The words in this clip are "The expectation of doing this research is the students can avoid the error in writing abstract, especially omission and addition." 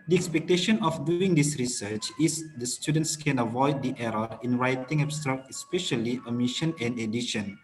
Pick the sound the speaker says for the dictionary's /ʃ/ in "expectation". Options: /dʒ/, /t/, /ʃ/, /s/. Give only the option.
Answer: /ʃ/